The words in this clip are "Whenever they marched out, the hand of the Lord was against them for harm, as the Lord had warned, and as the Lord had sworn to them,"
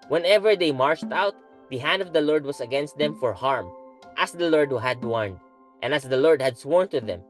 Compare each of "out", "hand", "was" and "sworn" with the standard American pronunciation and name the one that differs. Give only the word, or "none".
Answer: was